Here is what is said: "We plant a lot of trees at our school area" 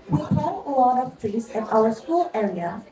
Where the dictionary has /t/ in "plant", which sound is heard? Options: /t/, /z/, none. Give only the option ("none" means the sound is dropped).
none